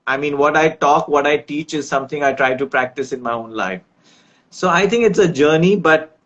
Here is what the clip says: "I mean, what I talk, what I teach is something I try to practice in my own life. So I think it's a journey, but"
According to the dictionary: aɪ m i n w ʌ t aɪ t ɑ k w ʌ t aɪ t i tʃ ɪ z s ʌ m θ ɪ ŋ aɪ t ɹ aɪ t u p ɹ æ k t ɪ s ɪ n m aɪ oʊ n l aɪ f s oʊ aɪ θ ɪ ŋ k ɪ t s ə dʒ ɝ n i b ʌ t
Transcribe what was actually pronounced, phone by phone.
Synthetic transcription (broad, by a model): aɪ m i n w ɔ t aɪ t ɑ k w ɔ t aɪ t i tʃ ɪ z s ʌ m t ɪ ŋ aɪ t ɹ aɪ t u p ɹ æ k t ɪ s ɪ n m aɪ oʊ n l aɪ f s oʊ aɪ t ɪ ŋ k ɪ t s ə dʒ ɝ n i b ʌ t